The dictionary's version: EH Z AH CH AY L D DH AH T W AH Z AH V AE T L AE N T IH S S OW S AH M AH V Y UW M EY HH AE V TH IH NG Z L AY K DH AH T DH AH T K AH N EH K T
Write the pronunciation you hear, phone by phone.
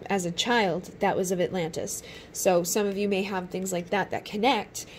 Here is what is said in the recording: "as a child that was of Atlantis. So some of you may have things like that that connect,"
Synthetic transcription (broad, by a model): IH Z AH CH AY L D DH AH T W AH Z AH V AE T L AE N T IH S S OW S AH M AH V Y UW M EY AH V TH IH NG Z L AY K DH AH T DH AH T K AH N EH K T